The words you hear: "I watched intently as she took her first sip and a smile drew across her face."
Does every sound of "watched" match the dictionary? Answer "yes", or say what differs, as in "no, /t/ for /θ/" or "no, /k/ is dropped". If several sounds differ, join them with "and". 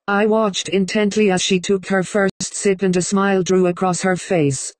yes